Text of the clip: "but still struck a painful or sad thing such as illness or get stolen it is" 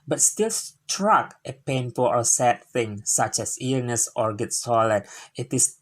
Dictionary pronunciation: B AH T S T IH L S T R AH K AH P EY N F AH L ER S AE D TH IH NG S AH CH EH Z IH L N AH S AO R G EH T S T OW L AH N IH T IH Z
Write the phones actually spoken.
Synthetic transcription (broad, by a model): B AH T S T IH L S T R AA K AH P EY N F AH L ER S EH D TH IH NG S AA CH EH S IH N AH S AO R G EH T S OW L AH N IH T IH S